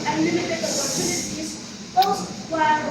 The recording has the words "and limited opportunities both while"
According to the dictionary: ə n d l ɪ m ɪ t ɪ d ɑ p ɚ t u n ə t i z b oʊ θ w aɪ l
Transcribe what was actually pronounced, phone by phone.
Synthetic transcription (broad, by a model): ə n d l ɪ m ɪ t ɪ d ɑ p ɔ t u n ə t i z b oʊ s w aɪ